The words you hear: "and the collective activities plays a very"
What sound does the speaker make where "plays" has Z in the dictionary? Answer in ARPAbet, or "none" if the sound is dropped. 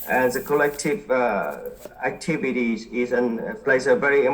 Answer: S